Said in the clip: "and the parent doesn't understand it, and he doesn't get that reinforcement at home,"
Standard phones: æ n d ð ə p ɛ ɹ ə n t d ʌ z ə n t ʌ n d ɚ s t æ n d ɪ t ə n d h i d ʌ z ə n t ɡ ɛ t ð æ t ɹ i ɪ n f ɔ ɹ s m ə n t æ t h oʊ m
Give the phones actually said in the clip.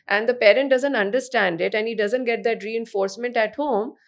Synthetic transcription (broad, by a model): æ n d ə p ɛ ɹ ə n t d ʌ z ə n t ʌ n d ɚ s t æ n d ɪ t ə n d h i d ʌ z ə n t ɡ ɛ t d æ t ɹ i ɪ n f ɔ ɹ s m ə n t æ t h oʊ m